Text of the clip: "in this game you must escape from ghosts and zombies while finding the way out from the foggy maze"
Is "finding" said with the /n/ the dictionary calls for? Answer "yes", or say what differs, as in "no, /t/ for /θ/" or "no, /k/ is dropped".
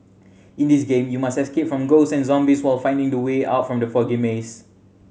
yes